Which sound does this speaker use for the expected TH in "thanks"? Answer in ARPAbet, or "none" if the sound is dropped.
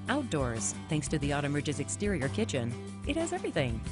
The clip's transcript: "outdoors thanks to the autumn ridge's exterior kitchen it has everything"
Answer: TH